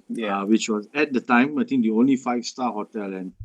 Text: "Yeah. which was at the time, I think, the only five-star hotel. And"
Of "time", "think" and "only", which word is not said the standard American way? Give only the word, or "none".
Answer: think